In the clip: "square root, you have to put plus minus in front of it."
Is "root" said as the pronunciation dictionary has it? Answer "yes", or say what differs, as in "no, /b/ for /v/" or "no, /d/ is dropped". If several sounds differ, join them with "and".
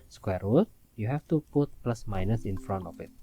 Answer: no, /w/ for /ɹ/